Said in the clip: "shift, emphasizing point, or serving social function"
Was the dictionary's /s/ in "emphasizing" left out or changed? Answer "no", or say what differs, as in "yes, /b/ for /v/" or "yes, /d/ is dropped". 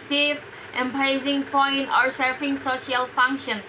yes, /s/ is dropped